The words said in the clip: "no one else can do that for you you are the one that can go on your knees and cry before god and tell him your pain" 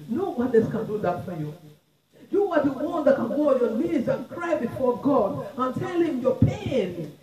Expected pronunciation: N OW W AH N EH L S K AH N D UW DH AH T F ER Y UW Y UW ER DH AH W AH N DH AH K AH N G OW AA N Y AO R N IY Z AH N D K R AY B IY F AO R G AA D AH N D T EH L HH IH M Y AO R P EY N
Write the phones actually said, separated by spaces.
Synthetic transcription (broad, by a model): N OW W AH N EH S K AH N D UW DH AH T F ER Y UW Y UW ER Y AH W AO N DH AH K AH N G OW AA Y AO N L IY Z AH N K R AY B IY F AO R G AA D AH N T EH L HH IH M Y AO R P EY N